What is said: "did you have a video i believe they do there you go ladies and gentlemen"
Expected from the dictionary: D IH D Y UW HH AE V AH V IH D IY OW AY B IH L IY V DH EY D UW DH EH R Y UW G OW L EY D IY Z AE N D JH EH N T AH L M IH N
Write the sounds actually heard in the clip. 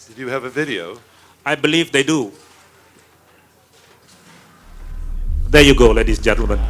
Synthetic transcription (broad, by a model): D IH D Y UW V AH V IH D IY OW AY B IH L IY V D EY D UW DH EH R Y UW G OW L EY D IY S JH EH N T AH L M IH N